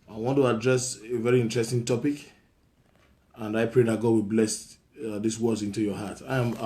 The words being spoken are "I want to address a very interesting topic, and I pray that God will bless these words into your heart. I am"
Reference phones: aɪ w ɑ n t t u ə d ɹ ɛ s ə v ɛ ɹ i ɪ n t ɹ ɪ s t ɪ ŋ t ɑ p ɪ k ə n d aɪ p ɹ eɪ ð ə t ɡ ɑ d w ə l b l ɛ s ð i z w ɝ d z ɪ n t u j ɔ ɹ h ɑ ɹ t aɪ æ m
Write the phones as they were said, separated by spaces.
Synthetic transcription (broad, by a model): aɪ w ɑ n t t u ə d ɹ ɛ s ə v ɛ ɹ i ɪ n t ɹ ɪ s t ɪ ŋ t ɑ p ɪ k ə n d aɪ p ɹ eɪ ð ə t ɡ ɑ d w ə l b l ɛ s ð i s w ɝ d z ɪ n t u j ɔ h ɑ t aɪ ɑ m